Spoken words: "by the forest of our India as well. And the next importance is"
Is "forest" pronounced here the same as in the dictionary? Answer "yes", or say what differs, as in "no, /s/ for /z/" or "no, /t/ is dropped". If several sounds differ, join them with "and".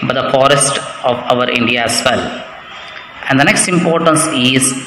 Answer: yes